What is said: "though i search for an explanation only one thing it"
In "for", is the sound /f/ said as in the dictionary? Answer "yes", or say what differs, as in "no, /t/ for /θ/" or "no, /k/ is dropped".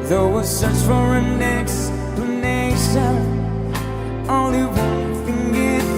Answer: yes